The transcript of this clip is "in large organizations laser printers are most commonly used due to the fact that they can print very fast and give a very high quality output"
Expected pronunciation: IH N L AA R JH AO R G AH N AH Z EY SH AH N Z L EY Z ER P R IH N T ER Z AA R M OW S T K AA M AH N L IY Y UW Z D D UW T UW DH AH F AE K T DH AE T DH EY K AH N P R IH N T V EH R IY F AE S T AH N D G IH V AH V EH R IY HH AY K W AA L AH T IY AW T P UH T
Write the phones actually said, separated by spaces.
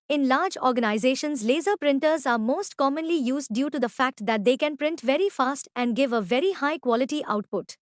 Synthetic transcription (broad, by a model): IH N L AA R JH AO R G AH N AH Z EY SH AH N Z L EY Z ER P R IH N T ER Z AA R M OW S T K AA M AH N L IY Y UW Z D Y UW T UW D AH F AE K T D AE T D EY K AH N P R IH N T V EH R IY F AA S T AH N D G IH V AH V EH R IY HH AY K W AA L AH T IY AW T P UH T